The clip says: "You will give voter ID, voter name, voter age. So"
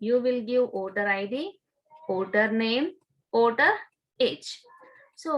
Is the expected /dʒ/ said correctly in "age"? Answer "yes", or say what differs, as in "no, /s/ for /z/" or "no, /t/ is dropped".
no, /tʃ/ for /dʒ/